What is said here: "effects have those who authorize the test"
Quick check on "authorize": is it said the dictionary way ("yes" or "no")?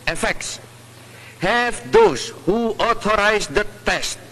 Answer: no